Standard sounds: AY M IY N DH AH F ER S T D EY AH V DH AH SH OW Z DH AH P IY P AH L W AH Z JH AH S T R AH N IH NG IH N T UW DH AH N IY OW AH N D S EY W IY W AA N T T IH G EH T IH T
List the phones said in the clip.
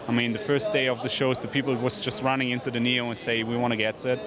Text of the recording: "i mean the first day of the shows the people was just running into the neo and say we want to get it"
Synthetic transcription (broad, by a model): AY M IY N DH AH F ER S D EY AH V DH AH SH OW Z DH AH P IY P L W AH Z JH AH S T R AH N IH NG IH N T UW DH AH N IY OW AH N S EY W IY W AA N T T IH G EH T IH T